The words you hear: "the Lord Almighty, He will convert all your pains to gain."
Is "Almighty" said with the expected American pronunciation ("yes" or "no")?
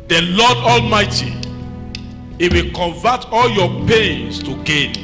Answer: yes